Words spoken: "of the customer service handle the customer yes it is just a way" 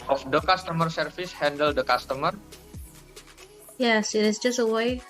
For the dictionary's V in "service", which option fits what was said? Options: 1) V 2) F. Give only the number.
2